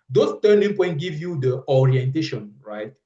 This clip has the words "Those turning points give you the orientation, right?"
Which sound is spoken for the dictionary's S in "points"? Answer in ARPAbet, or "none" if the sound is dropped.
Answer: none